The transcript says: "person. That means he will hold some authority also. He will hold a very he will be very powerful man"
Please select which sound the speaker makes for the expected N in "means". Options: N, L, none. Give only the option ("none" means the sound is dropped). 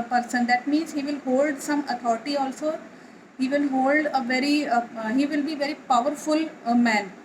N